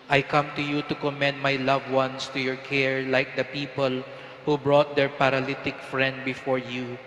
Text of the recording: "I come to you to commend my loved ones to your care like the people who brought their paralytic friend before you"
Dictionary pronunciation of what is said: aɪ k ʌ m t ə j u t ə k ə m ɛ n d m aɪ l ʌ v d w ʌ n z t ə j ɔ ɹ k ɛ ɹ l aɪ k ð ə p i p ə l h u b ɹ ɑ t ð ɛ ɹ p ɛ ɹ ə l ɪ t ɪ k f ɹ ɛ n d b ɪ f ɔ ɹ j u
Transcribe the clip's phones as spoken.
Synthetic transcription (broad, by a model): aɪ k ʌ m t ə j u t ə k ə m ɛ n d m aɪ l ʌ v w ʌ n s t ə j ɔ ɹ k ɛ ɹ l aɪ k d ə p i p ə l h u b ɹ ɑ t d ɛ ɹ p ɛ ɹ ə l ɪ t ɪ k f ɹ ɛ n d b ɪ f ɔ ɹ j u